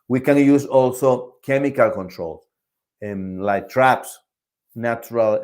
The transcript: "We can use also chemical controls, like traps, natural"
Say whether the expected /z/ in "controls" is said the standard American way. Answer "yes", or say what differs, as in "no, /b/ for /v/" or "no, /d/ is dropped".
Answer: no, /s/ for /z/